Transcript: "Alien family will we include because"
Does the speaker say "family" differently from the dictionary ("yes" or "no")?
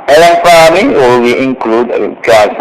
yes